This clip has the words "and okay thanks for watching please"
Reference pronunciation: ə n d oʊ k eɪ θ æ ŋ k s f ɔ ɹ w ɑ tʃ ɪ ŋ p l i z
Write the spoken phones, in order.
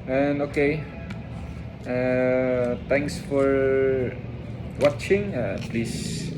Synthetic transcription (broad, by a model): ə n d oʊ k eɪ t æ ŋ k s f ɔ ɹ w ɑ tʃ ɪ ŋ p l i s